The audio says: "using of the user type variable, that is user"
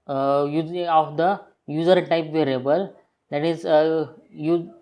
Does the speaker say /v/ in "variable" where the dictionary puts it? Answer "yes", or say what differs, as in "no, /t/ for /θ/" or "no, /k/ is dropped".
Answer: yes